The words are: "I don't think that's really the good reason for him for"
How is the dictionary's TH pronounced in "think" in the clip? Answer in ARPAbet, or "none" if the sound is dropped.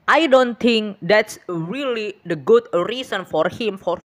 T